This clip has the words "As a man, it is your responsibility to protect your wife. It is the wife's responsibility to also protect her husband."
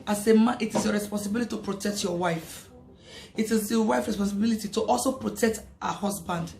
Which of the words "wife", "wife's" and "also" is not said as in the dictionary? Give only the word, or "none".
wife's